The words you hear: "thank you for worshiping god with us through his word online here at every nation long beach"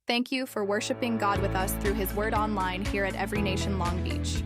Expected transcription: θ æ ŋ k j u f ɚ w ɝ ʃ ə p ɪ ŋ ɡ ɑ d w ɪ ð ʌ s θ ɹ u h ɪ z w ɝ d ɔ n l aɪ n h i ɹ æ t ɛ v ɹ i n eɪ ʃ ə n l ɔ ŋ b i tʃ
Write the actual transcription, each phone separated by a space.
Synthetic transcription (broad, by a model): θ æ ŋ k j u f ɚ w ɝ ʃ ə p ɪ ŋ ɡ ɑ d w ɪ ð ʌ s θ ɹ u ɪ z w ɝ d ɔ n l aɪ n h i ɹ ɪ t ɛ v ɹ i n eɪ ʃ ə n l ɔ ŋ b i tʃ